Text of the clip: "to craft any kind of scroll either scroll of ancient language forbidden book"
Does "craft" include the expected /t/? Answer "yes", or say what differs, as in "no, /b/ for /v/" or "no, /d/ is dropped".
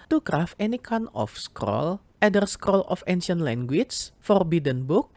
no, /t/ is dropped